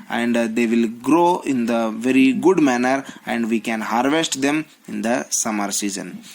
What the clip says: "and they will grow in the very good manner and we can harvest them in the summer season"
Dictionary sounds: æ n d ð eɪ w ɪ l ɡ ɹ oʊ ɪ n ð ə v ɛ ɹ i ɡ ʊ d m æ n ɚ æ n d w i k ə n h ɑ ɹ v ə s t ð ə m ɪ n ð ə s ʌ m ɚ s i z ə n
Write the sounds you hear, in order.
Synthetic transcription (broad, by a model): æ n d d eɪ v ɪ l ɡ ɹ oʊ ɪ n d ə v ɛ ɹ i ɡ ʊ d m æ n ɚ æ n d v i k ə n h ɑ ɹ v ə s t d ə m ɪ n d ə s ʌ m ɚ s i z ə n